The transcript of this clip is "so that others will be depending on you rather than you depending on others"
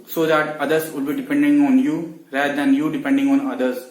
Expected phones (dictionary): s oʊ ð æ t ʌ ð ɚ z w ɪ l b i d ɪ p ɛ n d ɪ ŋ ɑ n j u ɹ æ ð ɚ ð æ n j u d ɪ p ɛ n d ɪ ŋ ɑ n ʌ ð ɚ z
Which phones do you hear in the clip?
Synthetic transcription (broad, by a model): s oʊ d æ t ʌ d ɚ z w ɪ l b i d ɪ p ɛ n d ɪ ŋ ɑ n j u ɹ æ ɚ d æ n j u d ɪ p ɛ n d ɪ ŋ ɑ n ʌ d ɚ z